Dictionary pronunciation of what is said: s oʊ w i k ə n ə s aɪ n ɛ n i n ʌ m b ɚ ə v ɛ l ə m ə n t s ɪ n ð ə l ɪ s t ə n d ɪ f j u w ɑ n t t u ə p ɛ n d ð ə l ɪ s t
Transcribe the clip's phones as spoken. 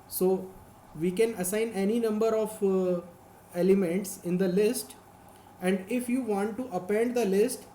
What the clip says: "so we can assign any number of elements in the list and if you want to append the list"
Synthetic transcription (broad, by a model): s oʊ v i k ə n ə s aɪ n ɛ n i n ʌ m b ɚ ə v ɛ l ə m ə n t s ɪ n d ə l ɪ s t ə n d ɪ f j u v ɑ n t t u ə p ɛ n d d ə l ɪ s t